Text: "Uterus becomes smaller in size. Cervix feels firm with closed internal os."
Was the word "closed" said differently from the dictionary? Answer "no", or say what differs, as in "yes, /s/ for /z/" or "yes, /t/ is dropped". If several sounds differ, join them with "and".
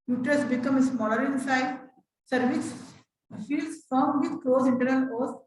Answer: yes, /d/ is dropped